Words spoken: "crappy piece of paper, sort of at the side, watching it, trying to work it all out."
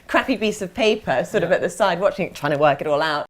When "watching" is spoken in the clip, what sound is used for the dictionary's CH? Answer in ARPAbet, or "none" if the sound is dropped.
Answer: CH